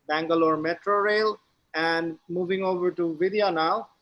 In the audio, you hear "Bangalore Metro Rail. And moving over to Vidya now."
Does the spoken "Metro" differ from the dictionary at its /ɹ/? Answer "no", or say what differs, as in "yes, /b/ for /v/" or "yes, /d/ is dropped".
no